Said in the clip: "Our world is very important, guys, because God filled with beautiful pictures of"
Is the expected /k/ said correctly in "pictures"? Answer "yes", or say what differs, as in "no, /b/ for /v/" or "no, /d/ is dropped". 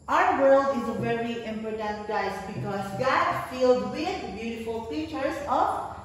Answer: no, /k/ is dropped